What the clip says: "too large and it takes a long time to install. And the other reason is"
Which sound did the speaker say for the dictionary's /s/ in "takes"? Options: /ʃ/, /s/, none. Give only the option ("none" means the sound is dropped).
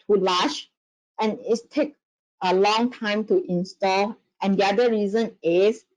none